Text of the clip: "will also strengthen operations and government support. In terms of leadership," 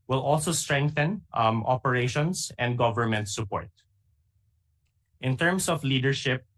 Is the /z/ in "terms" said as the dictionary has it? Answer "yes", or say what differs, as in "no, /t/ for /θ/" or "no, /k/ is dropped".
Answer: no, /s/ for /z/